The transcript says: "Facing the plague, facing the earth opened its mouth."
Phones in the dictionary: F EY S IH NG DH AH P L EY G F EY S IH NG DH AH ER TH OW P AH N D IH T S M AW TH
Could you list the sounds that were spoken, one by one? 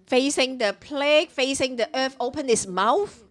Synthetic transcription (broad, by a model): F EY S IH NG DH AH P L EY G F EY S IH NG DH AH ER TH OW P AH N IH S M AW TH